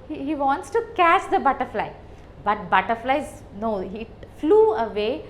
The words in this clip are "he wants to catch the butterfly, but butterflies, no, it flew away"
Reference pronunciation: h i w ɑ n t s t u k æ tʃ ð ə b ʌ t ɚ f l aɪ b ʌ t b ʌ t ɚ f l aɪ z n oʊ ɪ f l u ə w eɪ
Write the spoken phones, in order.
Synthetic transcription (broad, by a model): h i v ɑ n t s t u k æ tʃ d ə b ʌ t ɚ f l aɪ b ʌ t b ʌ t ɚ f l aɪ z n oʊ ɪ f l u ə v eɪ